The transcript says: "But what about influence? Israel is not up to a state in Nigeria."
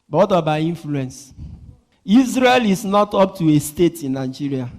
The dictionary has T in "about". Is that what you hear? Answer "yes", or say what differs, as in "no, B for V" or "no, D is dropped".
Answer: no, T is dropped